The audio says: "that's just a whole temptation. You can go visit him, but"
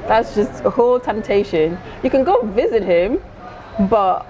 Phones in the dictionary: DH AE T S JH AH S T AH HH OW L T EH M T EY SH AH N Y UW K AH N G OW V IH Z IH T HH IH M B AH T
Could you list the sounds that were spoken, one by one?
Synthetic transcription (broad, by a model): DH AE T S JH AH S T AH HH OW L T EH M T EY SH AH N Y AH K AH N G OW V IH Z IH T HH IH M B AH T